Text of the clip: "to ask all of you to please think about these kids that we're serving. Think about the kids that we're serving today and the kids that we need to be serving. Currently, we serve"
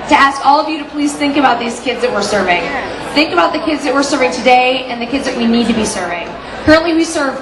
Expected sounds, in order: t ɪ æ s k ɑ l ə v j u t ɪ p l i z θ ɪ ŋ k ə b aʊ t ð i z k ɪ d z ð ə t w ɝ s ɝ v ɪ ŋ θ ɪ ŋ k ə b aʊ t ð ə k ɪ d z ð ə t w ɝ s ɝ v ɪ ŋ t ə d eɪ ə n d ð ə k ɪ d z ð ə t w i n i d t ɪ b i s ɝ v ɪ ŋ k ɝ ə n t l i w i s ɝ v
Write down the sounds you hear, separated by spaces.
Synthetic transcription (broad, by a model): t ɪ æ s k ɑ l ə v j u t ɪ p l i z θ ɪ ŋ k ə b aʊ t ð i z k ɪ d z ð ə t w ɝ s ɝ v ɪ ŋ θ ɪ ŋ k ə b aʊ t ð ə k ɪ d z ð ə t w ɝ s ɝ v ɪ ŋ t ə d eɪ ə n ð ə k ɪ d z ð ə t w i n i d t ɪ b i s ɝ v ɪ ŋ k ɝ ə n t l i w i s ɝ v